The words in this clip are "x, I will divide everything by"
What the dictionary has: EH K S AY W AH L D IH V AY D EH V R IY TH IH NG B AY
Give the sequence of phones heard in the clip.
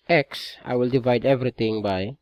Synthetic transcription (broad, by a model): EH K S AY W AH L D IH V AY D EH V R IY T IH NG B AY